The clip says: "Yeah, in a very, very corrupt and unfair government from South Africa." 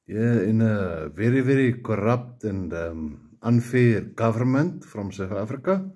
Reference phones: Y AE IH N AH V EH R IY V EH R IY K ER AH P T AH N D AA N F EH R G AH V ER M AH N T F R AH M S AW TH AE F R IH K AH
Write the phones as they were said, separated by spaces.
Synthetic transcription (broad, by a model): Y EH IH N AH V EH R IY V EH R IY K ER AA P T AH N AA N F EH R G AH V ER M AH N T F R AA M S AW F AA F R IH K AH